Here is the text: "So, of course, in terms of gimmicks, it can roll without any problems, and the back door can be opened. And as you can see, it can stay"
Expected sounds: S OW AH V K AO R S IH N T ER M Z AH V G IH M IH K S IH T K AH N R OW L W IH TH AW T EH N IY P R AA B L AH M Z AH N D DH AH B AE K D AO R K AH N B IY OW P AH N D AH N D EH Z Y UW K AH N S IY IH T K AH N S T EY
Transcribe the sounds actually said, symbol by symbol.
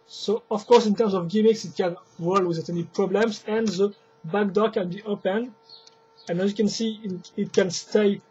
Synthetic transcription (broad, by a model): S OW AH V K AO R S IH N T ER M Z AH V G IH M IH K S IH T K AH N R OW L W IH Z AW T EH N IY P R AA B L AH M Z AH N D DH AH B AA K D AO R K AH N B IY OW P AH N AH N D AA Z Y UW K AH N S IY IH T K AH N S T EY